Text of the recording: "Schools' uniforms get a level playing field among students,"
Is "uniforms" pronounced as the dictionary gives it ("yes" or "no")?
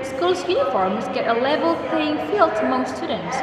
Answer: yes